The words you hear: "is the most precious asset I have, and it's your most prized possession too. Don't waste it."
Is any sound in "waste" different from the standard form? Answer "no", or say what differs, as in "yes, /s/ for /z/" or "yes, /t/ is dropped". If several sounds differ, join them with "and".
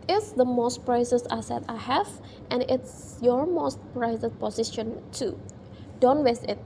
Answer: yes, /t/ is dropped